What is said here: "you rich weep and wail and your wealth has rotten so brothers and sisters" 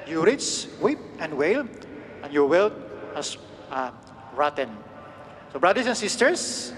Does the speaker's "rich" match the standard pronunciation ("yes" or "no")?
no